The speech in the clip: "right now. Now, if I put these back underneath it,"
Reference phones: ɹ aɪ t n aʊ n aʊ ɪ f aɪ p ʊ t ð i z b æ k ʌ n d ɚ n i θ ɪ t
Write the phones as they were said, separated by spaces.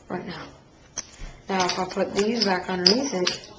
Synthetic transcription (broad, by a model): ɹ aɪ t n aʊ n aʊ ɪ f aɪ p ʊ t ð i z b æ k n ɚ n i s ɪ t